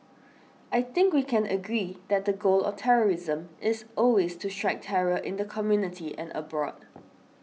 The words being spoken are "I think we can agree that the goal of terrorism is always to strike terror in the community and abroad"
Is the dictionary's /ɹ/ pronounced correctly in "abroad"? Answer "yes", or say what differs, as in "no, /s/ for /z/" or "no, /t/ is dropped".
yes